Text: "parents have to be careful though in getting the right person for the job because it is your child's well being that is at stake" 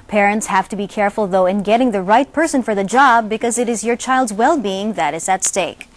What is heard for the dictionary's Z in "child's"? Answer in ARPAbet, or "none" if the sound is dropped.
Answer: Z